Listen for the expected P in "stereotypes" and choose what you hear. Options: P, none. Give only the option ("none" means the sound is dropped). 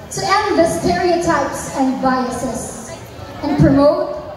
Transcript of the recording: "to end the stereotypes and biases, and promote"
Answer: P